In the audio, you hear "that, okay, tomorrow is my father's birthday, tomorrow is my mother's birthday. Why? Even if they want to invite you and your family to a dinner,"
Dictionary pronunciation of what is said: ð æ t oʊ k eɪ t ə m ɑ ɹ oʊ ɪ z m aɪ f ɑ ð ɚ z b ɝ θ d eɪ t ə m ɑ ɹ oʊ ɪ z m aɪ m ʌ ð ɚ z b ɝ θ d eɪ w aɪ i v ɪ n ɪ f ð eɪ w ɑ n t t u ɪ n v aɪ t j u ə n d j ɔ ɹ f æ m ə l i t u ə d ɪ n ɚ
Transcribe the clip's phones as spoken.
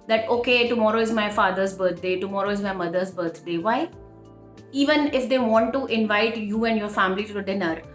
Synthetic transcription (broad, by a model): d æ t oʊ k eɪ t ə m ɑ ɹ oʊ ɪ z m aɪ f ɑ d ɚ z b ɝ t d eɪ t ə m ɑ ɹ oʊ ɪ z m aɪ m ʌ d ɚ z b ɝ t d eɪ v aɪ i v ɪ n ɪ f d eɪ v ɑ n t t u ɪ n v aɪ t j u ə n d j ɔ ɹ f æ m ə l i t u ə d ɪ n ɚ